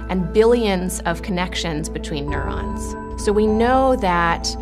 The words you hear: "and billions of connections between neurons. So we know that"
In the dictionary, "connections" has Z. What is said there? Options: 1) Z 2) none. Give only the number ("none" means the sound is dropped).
1